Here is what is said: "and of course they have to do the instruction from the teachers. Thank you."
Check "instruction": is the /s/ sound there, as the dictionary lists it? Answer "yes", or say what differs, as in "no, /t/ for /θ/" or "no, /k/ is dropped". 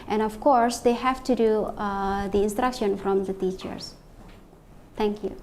yes